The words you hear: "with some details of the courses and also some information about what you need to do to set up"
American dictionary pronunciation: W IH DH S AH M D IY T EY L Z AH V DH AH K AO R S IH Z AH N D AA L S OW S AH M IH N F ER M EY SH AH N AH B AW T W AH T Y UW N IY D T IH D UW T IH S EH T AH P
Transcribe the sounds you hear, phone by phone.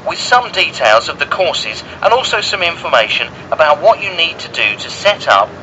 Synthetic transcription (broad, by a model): W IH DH S AH M D IY T EY L Z AH V DH AH K AO R S IH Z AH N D AA L S OW S AH M IH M F ER M EY SH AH N AH B AW T W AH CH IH N IY D T IH D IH T IH S EH T AH P